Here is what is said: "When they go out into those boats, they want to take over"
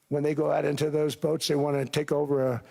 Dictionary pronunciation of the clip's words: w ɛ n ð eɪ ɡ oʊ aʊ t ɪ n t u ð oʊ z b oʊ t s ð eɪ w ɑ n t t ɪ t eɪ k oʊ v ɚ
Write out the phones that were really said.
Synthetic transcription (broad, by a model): w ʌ n ð eɪ ɡ oʊ aʊ t ɪ n t u ð oʊ z b oʊ t s ð eɪ w ɑ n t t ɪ t eɪ k oʊ v ɚ